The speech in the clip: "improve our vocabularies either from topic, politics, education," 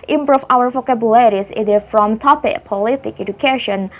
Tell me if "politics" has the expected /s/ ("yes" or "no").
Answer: no